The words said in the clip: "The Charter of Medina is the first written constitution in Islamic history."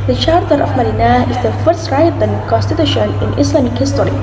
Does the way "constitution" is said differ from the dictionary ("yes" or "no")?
no